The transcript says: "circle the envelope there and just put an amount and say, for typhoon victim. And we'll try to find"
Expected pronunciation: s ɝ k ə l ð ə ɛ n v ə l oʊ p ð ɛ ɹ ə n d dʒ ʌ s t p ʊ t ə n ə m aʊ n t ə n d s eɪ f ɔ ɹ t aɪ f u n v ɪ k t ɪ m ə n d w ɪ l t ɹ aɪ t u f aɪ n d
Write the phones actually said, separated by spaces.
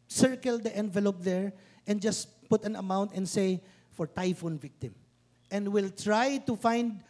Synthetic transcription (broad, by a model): s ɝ k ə l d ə ɛ n v ə l oʊ p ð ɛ ɹ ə n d dʒ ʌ s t p ʊ t ə n ə m aʊ n t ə n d s eɪ f ɔ ɹ t aɪ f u n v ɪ k t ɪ m ə n d w ɪ l t ɹ aɪ t u f aɪ n d